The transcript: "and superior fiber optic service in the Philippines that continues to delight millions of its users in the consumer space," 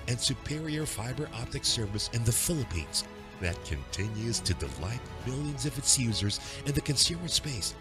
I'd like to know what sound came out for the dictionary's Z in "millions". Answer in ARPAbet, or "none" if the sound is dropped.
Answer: Z